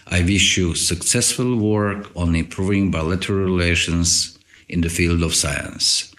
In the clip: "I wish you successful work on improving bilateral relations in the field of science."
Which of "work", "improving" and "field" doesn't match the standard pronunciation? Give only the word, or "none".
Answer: none